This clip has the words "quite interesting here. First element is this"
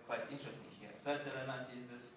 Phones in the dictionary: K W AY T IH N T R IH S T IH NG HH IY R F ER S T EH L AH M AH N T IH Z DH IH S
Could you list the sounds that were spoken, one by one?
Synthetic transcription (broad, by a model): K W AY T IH N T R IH S T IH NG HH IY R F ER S EH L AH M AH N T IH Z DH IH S